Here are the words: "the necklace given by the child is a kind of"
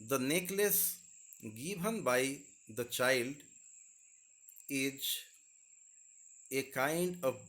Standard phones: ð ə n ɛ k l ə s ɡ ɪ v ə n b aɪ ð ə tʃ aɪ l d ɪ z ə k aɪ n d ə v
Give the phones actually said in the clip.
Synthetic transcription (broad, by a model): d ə n ɛ k l ə s ɡ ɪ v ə n b aɪ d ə tʃ aɪ l d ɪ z ə k aɪ n d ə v